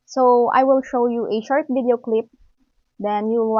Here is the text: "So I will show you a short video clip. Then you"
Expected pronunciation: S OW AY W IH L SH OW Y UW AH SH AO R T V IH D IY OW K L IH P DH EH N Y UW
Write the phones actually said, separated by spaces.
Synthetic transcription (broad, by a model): S OW AY W IH L SH OW Y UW AH SH AO R T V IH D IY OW K L IH P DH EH N Y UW